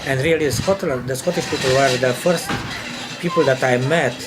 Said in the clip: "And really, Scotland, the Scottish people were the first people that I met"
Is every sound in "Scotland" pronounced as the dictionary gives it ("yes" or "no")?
no